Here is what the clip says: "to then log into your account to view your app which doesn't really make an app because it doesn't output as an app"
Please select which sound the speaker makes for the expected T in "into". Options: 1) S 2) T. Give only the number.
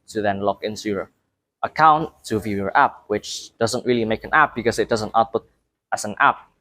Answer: 1